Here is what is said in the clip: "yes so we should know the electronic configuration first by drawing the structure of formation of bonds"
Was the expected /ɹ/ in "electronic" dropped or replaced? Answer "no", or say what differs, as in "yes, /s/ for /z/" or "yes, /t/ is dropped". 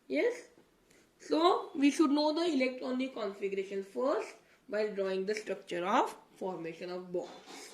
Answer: yes, /ɹ/ is dropped